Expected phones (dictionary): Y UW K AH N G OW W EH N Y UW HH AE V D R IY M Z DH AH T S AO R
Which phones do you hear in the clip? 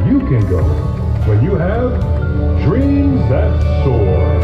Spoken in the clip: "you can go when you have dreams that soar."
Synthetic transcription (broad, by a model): Y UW K AH N G OW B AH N Y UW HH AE V D R IY M Z DH AH T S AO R